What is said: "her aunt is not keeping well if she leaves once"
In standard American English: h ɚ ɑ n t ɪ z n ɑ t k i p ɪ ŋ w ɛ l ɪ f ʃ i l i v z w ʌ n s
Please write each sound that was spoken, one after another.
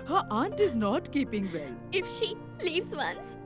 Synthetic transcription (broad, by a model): h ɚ ɑ n t ɪ z n ɑ t k i p ɪ ŋ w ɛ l ɪ f ʃ i l i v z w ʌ n s